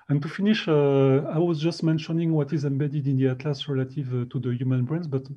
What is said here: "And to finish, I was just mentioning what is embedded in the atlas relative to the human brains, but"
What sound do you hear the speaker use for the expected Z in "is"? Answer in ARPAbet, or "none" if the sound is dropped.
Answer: Z